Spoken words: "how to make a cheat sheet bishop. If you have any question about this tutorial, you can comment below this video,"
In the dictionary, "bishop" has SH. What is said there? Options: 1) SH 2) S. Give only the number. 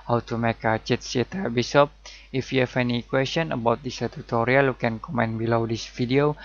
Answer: 2